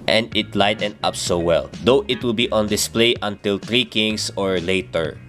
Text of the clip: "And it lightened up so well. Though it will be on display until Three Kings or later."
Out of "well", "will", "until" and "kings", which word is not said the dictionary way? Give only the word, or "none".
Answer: kings